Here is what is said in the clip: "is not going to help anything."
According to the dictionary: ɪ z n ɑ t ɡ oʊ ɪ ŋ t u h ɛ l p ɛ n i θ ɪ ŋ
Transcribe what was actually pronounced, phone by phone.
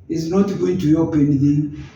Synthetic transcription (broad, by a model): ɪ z n ɑ t ɡ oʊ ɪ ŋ t u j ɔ p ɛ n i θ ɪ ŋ